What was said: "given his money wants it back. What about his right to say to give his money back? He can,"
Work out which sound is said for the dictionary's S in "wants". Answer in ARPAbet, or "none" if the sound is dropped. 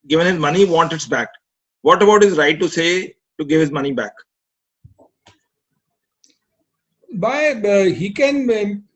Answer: none